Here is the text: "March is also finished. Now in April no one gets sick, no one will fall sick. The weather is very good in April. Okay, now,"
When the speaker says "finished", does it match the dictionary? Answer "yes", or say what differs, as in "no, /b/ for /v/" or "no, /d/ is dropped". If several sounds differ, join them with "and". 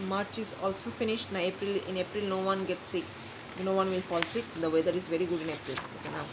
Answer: yes